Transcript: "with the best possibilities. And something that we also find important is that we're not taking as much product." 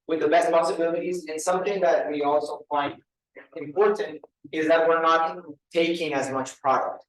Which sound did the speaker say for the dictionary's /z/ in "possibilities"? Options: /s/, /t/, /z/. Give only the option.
/z/